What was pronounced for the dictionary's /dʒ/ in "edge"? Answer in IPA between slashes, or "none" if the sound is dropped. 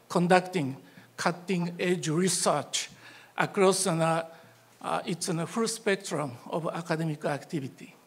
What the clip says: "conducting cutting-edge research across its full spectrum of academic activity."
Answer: /dʒ/